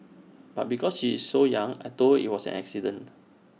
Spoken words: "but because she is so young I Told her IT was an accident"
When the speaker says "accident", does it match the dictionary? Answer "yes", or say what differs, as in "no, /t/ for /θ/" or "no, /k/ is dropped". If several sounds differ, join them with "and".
no, /t/ is dropped